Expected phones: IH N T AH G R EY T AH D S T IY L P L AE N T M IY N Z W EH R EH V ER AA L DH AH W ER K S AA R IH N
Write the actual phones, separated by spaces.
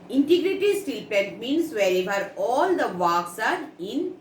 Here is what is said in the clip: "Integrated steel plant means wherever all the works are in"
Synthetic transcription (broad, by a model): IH N T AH G R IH T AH S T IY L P EH N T M IY N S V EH R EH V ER AA L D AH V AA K S AA R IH N